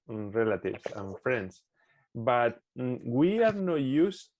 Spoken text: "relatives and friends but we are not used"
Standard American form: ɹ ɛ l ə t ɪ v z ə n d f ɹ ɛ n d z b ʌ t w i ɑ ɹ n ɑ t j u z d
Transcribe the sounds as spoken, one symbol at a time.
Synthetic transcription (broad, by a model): ɹ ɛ l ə t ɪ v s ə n f ɹ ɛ n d s b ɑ t w i ɑ ɹ n ɑ t j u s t